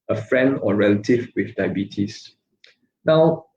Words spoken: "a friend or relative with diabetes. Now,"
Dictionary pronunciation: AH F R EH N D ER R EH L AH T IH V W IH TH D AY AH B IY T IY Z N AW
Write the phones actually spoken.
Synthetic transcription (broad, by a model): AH F R EH N D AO R EH L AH T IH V W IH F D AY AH B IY T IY S N AW